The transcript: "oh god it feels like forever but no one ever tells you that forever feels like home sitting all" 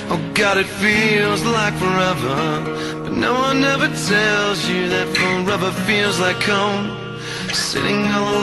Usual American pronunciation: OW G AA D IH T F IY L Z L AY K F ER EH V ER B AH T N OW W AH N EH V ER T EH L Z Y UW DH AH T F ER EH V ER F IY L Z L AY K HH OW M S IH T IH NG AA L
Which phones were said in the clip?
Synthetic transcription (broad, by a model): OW G AA D IH T F IY L Z L AY K F ER EH V ER B AH T N OW W AH N EH V ER T EH L Z Y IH DH AH T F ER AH B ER F IY L Z L AY K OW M S IH T IH NG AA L